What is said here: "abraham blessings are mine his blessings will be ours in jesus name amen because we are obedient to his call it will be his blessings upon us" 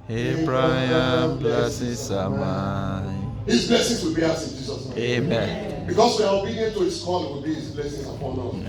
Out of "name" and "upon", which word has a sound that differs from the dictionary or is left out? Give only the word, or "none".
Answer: name